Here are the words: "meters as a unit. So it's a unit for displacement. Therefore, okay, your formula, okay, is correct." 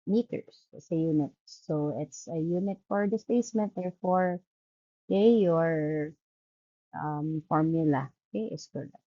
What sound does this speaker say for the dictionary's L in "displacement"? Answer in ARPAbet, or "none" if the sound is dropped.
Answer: none